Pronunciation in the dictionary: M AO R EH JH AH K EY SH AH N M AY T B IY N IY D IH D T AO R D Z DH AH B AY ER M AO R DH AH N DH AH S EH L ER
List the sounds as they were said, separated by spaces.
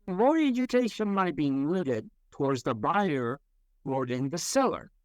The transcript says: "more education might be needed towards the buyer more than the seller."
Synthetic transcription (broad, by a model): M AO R EH JH AH K EY SH AH N M AY T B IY L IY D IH D T AO R D Z DH AH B AY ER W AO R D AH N DH AH S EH L ER